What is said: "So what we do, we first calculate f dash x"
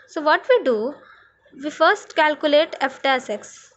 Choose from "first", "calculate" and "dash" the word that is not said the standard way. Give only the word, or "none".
dash